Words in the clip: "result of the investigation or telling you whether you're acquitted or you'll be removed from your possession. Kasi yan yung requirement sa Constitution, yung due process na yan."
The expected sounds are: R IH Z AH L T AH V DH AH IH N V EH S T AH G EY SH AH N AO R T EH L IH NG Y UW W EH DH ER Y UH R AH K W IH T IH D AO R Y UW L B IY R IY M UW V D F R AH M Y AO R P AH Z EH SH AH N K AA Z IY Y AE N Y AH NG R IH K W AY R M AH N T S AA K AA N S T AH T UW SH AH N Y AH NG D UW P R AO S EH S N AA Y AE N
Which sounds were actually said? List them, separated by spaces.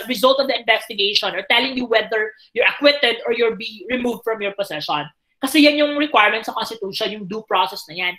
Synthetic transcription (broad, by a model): R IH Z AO L T AH V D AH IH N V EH S T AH G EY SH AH N AO R T EH L IH NG Y UW W EH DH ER Y UH R AH K W IH T IH D AO R Y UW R B IY R IY M UW V D F R AH M Y AO R P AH S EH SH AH N K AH S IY Y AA N Y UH NG R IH K W AY R M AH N T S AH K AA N S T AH T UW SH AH N Y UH NG D UW P R AO S EH S N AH Y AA N